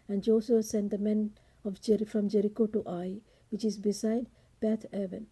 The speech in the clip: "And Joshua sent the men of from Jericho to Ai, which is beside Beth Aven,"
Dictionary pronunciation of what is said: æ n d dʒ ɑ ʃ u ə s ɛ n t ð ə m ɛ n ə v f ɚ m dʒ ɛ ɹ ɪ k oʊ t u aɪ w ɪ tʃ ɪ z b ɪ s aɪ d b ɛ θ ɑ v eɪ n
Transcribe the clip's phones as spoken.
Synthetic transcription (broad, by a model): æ n d dʒ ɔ s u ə s ɛ n t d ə m ɛ n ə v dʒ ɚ m dʒ ɛ ɹ ɪ k oʊ t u aɪ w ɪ tʃ ɪ z b ɪ s aɪ d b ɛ t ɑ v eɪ n